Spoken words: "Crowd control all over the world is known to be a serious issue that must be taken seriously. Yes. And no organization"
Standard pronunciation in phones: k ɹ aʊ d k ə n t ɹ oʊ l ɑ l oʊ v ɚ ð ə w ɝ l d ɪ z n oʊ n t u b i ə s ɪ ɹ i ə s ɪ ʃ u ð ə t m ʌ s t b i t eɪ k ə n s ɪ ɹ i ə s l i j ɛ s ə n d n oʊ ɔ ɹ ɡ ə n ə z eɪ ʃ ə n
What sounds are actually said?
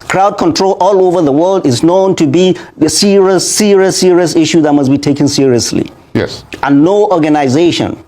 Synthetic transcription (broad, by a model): k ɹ aʊ d k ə n t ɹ oʊ l ɑ l oʊ v ɚ ð ə w ɝ l d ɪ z n oʊ n t u b i ə s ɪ ɹ i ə s ɪ ʃ u ð ə t m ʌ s b i t eɪ k ə n s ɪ ɹ i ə s l i j ɛ s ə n n oʊ ɔ ɹ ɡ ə n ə z eɪ ʃ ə n